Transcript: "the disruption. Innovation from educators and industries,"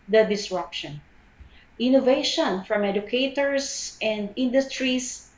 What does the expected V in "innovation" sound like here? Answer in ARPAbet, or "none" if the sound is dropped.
V